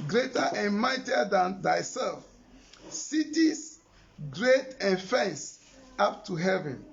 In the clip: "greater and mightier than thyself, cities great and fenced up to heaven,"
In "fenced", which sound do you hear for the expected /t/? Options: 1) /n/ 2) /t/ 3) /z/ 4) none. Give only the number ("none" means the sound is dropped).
4